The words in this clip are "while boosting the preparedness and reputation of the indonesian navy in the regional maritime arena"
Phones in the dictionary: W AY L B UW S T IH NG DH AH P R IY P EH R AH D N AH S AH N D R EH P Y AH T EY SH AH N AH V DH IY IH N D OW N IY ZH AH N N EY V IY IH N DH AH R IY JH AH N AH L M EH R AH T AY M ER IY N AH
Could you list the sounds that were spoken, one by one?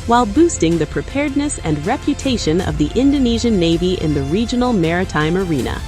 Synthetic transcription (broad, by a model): W AY L B UW S T IH NG DH AH P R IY P EH R D N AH S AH N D R EH P Y AH T EY SH AH N AH V DH IY IH N D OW N IY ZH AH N N EY V IY IH N DH AH R IY JH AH N L M EH R AH T AY M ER IY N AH